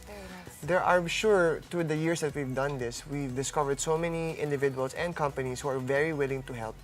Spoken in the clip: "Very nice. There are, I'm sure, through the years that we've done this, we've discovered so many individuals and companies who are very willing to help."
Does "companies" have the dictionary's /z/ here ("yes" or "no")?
no